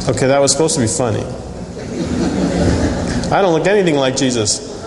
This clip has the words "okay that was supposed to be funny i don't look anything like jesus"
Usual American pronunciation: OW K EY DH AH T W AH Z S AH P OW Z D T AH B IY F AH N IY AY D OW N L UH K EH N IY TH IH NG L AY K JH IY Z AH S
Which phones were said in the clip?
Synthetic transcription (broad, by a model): OW K EY DH AH T W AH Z S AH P OW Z T AH B IY F AH N IY AY D OW N L UH K EH N IY TH IH NG L AY K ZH IY Z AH S